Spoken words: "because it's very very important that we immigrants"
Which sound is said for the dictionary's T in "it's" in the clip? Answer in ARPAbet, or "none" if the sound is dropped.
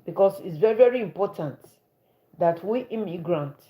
T